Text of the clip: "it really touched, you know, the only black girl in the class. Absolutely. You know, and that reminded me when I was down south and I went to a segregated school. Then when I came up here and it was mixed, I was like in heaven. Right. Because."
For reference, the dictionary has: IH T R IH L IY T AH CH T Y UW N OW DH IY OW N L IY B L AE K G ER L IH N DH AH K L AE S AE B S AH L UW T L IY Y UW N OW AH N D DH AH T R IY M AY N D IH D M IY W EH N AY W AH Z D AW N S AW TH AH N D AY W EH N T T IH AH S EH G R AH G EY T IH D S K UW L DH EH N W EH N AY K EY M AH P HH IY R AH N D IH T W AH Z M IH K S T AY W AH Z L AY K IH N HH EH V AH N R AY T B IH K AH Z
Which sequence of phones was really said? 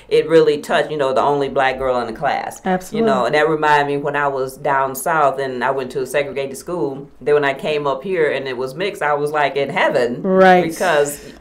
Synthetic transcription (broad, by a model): IH T R IH L IY T AH CH T Y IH N OW DH IY OW N L IY B L AE K G ER L IH N DH AH K L AE S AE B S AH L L Y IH N OW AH N DH AH T R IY M AY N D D M IY W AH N AY W AH Z D AW N S AW TH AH N AY W EH N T T IH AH S EH G R AH G EY T IH D S K UW L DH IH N W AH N AY K EY M AH P HH IY R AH N IH T W AH Z M IH K S AY W AH Z L AY K IH N HH EH V AH N R AY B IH K AH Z